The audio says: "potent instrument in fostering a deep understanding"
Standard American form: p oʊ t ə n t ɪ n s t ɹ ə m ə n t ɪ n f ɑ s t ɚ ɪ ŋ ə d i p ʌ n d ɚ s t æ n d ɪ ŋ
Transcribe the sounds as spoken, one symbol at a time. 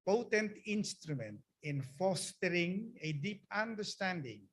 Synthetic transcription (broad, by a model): p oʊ t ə n t ɪ n s t ɹ ə m ə n t ɪ n f ɑ s t ɚ ɪ ŋ ə d i p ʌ n d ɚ s t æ n d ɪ ŋ